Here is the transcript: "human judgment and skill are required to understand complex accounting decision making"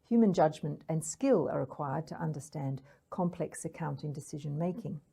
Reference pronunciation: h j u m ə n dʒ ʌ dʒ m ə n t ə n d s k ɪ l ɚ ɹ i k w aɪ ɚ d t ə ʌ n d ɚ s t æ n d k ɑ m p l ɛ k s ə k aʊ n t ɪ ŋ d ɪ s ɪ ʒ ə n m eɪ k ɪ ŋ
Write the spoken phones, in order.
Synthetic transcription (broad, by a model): h j u m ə n dʒ ʌ dʒ m ə n t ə n s k ɪ l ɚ ɹ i k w aɪ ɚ d t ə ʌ n d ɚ s t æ n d k ɑ m p l ɛ k s ə k aʊ n t ɪ ŋ d ɪ s ɪ ʒ ə n m eɪ k ɪ ŋ